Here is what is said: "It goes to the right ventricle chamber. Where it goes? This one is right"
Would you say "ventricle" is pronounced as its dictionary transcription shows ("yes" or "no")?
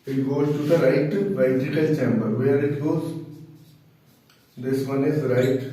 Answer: no